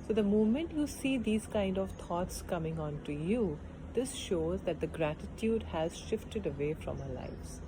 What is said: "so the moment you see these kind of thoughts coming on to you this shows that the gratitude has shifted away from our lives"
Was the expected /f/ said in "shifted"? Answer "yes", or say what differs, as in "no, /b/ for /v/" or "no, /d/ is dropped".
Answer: yes